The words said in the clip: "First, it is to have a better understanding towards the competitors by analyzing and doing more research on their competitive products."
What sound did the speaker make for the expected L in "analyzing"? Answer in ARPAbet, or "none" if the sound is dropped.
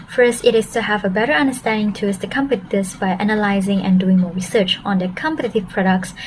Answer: L